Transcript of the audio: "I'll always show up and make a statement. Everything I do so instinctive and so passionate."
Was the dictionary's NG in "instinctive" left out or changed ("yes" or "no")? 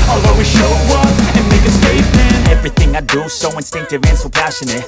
no